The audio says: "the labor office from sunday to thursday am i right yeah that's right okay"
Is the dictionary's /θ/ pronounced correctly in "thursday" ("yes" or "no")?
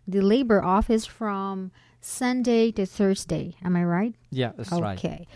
yes